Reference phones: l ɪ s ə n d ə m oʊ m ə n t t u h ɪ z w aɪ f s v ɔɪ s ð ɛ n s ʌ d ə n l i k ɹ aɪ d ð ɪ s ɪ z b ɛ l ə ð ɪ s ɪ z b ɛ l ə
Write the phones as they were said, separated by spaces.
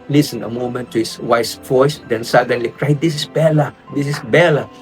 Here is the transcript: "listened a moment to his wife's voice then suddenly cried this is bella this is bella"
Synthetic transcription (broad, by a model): l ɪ s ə n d ə m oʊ m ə n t t u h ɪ s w aɪ s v ɔɪ s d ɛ n s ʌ d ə n l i k ɹ aɪ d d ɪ s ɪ s b ɛ l ə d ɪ s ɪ s b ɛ l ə